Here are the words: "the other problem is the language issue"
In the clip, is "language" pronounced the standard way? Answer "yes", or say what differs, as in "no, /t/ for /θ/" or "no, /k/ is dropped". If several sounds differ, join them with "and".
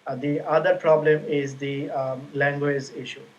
yes